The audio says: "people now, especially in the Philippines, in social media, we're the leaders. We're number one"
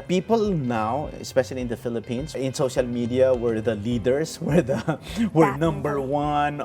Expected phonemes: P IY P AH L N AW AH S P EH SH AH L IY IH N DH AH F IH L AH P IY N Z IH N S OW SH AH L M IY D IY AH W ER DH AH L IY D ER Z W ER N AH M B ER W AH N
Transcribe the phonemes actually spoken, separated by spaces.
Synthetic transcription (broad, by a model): P IY P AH L N AW AH S P EH SH AH L IY IH N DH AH F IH L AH P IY N S IH N S OW SH AH L M IY D IY AH W ER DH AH L IY D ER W W ER N AH M B ER W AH N